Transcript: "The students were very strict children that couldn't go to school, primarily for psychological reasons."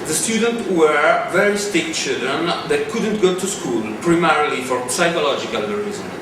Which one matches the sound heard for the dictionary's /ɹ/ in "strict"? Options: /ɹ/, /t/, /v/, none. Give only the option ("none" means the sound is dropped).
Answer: none